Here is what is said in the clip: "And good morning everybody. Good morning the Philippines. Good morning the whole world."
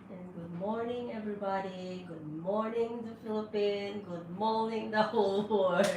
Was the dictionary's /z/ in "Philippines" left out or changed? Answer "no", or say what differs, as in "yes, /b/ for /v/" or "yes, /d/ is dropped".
yes, /z/ is dropped